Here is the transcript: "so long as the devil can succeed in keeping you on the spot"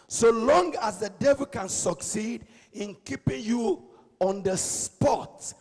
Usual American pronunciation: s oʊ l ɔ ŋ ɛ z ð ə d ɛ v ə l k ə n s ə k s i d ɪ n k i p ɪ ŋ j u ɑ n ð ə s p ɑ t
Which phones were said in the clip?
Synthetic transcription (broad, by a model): s oʊ l ɔ ŋ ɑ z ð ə d ɛ v ə l k ə n s ə k s i d ɪ n k i p ɪ ŋ j u ɑ n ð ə s p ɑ t